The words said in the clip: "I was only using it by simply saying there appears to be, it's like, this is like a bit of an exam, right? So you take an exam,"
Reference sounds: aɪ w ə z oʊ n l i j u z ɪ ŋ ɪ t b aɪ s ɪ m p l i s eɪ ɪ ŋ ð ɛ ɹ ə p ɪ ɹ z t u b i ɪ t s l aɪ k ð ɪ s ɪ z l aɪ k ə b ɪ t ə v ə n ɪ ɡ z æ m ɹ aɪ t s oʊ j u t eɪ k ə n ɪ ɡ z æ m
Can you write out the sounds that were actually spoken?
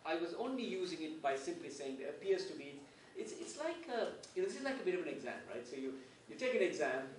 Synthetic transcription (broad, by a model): aɪ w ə z oʊ n l i j u z ɪ ŋ ɪ t b aɪ s ɪ m p l i s eɪ ɪ ŋ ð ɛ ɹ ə p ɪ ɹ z t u b i ɪ t s l aɪ k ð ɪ s ɪ z l aɪ k ə b ɪ t ə v ə n ɪ ɡ z æ m ɹ aɪ t s oʊ j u t eɪ k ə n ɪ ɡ z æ m